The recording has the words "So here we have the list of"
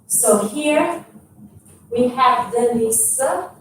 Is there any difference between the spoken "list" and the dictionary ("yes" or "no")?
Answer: yes